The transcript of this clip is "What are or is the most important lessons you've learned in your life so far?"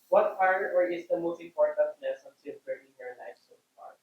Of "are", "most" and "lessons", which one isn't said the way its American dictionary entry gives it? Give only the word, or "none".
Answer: lessons